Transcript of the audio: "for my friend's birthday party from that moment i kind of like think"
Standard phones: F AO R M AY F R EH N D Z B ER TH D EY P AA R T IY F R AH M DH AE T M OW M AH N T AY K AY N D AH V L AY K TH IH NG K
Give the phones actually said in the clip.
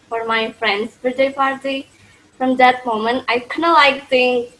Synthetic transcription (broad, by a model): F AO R M AY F R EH N D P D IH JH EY P AA R T IY F R AH M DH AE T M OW M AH N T AY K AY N AH L AY K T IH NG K